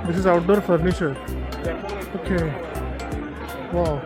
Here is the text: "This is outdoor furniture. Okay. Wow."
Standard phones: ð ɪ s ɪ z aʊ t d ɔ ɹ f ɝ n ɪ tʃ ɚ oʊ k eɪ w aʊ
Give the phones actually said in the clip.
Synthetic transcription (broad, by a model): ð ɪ s ɪ z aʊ t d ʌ ɹ f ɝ n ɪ ʃ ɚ oʊ k eɪ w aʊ